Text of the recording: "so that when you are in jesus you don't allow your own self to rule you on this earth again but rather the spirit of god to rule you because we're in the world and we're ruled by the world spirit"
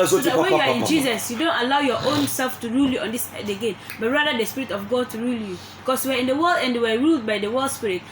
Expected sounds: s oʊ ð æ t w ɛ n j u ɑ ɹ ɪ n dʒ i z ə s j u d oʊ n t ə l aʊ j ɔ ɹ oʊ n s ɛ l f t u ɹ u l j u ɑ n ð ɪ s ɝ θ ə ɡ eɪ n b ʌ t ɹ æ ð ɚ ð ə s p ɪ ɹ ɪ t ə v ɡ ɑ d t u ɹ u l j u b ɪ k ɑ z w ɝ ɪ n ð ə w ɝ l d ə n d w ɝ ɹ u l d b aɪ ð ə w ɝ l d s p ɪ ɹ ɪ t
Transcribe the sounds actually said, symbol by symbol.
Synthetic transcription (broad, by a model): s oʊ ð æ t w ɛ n j u ɑ ɹ ɪ n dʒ i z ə s j u d oʊ n t ə l aʊ j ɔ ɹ oʊ n s ɛ l f t u ɹ u l j u ɑ n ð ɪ s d ə ɡ eɪ n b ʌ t ɹ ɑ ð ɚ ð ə s p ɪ ɹ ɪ t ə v ɡ ɑ d t u ɹ u l j u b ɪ k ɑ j w ɝ ɪ n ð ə w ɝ l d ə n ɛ w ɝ ɹ u l d b aɪ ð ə w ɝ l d s p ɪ ɹ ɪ t